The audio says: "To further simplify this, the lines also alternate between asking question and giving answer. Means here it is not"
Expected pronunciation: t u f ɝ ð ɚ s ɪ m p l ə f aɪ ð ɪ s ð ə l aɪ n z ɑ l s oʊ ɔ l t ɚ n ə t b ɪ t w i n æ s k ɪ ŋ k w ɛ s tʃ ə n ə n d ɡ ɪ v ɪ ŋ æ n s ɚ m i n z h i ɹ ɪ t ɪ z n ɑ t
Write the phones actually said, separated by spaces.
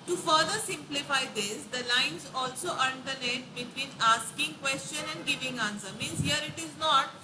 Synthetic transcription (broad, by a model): t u f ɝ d ɚ s ɪ m p l ə f aɪ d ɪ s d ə l aɪ n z ɑ l s oʊ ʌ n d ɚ l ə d b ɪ t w i n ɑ s k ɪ ŋ k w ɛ s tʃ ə n ə n d ɡ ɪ v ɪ ŋ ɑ n s ɚ m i n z h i ɹ ɪ t ɪ z n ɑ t